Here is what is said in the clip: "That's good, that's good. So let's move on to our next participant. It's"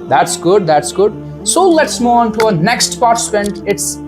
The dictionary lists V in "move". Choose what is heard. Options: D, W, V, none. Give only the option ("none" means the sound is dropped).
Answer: none